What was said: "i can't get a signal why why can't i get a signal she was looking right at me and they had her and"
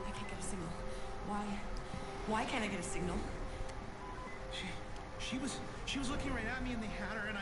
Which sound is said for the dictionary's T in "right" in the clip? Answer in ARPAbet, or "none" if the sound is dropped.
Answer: T